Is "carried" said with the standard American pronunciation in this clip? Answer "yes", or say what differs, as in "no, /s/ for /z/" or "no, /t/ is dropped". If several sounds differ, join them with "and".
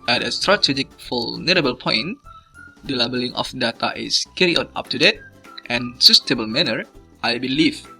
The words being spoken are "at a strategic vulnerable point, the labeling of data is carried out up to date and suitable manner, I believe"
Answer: no, /d/ is dropped